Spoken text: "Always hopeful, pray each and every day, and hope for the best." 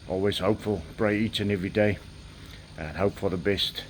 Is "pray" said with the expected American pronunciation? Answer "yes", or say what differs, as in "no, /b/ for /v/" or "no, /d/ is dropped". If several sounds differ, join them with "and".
no, /b/ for /p/